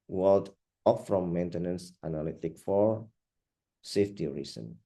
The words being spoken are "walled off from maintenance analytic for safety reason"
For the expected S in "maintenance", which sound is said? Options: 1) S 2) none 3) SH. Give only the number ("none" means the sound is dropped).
1